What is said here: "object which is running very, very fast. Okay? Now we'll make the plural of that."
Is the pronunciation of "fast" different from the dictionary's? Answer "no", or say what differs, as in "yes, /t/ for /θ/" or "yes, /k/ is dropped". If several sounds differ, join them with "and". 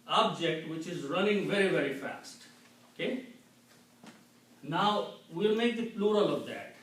no